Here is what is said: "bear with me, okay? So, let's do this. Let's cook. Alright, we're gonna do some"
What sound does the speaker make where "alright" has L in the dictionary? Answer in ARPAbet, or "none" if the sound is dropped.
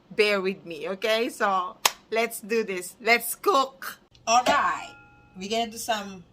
L